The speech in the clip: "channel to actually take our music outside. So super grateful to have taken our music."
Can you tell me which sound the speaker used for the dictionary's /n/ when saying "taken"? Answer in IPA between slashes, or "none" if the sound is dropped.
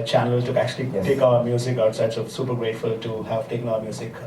none